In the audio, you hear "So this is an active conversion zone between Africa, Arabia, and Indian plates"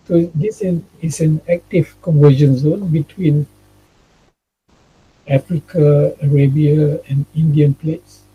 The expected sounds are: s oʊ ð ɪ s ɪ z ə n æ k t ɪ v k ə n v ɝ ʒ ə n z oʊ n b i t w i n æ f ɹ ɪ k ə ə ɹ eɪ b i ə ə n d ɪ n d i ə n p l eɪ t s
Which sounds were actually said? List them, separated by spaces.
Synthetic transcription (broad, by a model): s oʊ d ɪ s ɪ s ə n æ k t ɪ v k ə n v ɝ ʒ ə n z oʊ n b i t w i n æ f ɹ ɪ k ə ə ɹ eɪ b i ə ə n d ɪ n d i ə n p l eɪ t s